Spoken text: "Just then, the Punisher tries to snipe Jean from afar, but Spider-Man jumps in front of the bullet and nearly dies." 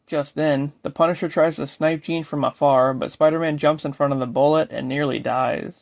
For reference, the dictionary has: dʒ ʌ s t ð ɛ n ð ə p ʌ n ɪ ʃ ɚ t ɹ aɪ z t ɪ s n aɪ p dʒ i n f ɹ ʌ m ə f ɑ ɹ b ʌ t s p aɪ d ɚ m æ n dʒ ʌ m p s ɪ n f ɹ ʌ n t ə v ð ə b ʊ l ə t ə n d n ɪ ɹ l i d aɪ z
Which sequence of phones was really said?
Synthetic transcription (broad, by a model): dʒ ʌ s t ð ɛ n ð ə p ʌ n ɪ ʃ ɚ t ɹ aɪ z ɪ s n aɪ p dʒ i n f ɹ ʌ m ə f ɑ ɹ b ʌ t s p aɪ d ɚ m æ n dʒ ʌ m p s ɪ n f ɹ ʌ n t ə v ð ə b ʊ l ə t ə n n ɪ ɹ l i d aɪ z